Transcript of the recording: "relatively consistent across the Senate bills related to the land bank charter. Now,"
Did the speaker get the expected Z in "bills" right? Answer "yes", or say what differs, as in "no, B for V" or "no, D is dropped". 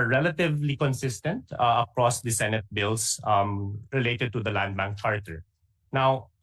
no, S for Z